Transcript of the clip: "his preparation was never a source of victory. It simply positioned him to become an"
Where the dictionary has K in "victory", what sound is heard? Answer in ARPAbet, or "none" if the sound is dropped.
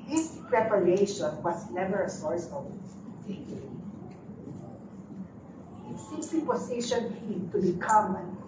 none